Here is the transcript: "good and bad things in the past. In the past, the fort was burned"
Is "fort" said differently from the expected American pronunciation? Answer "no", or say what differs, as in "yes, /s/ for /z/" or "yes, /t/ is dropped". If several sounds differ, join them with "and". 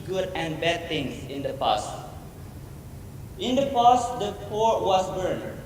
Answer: yes, /p/ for /f/